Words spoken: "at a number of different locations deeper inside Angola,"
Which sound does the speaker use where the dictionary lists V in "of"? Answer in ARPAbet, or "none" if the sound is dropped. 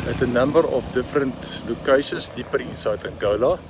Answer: F